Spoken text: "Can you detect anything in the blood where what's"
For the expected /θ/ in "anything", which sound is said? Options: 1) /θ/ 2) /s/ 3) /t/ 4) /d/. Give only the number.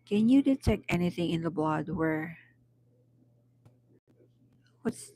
1